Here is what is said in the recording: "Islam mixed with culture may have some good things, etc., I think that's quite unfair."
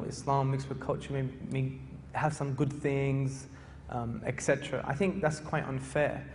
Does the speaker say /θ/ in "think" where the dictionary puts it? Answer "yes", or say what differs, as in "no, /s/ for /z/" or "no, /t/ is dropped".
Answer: yes